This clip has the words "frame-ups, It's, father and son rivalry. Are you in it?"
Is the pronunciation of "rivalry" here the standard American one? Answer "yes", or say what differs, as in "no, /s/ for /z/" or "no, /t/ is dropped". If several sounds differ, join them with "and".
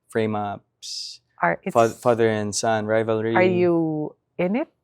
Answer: yes